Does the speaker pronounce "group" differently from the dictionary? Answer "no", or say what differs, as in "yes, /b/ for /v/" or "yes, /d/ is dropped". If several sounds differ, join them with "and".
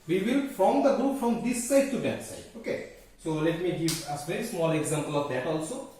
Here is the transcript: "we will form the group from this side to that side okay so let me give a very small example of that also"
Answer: no